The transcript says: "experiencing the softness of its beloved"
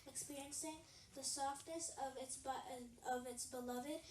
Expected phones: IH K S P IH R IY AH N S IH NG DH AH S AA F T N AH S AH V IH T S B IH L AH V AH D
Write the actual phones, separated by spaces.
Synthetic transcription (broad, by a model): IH K S P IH R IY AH N S IH NG DH AH S AA F T N AH S AH V IH T S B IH L AH V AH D